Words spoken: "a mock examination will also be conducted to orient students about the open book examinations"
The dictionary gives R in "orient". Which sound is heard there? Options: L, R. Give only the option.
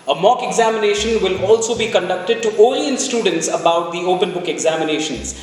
L